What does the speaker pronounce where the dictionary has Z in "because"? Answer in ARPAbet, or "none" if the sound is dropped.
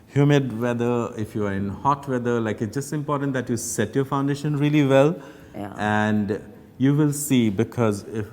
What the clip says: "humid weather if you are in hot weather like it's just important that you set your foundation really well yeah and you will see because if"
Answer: Z